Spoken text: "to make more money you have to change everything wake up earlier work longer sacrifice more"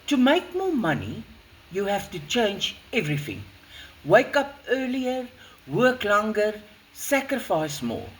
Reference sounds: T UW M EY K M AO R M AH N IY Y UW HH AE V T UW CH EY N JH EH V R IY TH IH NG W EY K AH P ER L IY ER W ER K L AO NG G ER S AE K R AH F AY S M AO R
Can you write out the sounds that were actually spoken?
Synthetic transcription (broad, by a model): T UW M EY K M AO M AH N IY Y UW HH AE F T UW CH EY N JH EH V R IY TH IH NG W EY K AH P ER L IY ER W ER K L AO NG G ER S AE K R AH F AY S M AO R